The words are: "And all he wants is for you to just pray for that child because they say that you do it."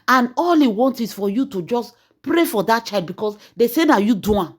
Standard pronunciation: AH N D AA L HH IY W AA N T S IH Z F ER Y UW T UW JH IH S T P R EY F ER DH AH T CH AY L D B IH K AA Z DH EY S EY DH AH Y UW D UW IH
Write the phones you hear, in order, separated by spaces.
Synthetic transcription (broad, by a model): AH N AA L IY W AA N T IH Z F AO Y UW T UW JH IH S P R EY F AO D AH T CH AY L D B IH K AA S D EY S EY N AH Y UW D UW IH